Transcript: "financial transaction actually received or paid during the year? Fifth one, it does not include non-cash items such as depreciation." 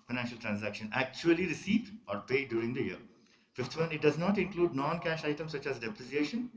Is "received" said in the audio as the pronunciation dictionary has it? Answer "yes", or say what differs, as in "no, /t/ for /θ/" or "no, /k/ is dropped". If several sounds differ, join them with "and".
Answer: no, /d/ is dropped